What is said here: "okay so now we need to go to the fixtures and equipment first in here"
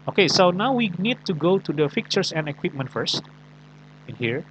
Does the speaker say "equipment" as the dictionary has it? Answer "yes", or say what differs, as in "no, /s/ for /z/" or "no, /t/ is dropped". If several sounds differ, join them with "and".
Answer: yes